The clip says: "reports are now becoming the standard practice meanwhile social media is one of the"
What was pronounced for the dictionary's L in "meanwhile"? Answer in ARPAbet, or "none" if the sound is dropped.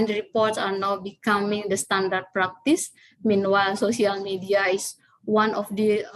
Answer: L